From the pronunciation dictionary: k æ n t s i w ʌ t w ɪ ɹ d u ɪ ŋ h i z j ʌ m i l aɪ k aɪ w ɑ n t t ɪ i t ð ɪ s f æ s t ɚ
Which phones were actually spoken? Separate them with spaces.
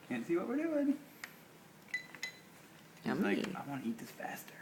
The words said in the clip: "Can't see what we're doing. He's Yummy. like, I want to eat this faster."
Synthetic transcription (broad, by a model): k æ n t s i w ʌ t w ɪ ɹ d u ɪ ŋ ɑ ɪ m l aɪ aɪ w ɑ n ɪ i t ð ɪ s f æ s t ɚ